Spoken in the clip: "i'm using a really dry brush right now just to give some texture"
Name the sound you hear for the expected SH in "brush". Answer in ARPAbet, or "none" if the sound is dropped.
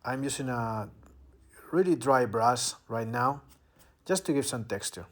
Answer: S